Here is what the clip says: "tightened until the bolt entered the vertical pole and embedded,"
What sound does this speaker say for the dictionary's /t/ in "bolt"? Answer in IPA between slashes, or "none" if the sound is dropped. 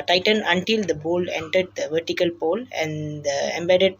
none